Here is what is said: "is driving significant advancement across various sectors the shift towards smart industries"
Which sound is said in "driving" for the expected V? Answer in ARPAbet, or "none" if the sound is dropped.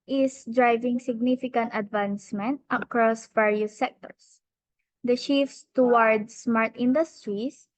V